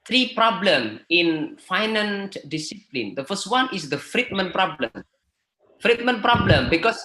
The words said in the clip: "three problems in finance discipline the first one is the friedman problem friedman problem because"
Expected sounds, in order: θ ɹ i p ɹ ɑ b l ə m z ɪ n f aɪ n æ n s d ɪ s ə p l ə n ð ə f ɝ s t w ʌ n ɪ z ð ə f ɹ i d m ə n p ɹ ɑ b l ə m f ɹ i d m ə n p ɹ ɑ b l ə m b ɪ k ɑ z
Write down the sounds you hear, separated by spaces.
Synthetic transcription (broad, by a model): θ ɹ i p ɹ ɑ b l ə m ɪ n f aɪ n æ n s d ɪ s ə p l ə n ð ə f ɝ s t w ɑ n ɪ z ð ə f ɹ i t m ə n p ɹ ɑ b l ə m f ɹ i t m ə n p ɹ ɑ b l ə m b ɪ k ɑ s